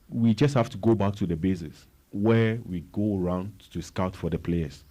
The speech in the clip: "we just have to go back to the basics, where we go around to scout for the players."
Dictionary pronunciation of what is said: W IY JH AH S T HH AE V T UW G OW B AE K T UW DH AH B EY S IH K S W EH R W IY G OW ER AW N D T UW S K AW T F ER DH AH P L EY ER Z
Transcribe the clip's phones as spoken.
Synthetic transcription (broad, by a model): W IY JH AH S T HH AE F T UW G OW B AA K T UW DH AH B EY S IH S W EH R W IY G OW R AW N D T UW S K AW T F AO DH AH P L EY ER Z